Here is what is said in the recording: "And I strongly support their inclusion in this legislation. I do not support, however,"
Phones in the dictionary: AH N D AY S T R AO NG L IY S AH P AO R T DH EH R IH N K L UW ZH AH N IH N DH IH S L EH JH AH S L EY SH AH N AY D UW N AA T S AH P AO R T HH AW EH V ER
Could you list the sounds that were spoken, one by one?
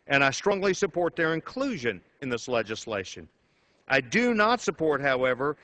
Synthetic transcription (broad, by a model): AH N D AY S T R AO NG L IY S AH P AO R T DH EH R IH N K L UW ZH AH N IH N DH IH S L EH JH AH S L EY SH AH N AY D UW N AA T S AH P AO R T HH AW EH V ER